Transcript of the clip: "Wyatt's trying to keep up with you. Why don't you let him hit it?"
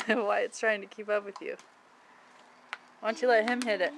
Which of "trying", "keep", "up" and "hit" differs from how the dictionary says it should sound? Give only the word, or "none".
none